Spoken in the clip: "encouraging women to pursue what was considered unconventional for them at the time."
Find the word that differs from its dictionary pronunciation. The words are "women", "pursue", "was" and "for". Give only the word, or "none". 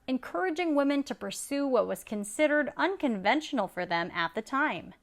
none